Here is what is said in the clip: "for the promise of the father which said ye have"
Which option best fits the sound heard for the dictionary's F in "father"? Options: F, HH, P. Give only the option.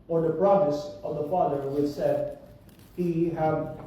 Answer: F